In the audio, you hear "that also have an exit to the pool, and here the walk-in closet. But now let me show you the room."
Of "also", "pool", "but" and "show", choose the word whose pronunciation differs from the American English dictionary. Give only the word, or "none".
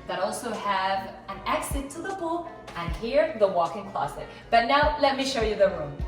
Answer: pool